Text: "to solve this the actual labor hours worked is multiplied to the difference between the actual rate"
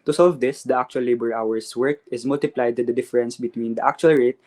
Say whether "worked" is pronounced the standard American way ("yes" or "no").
no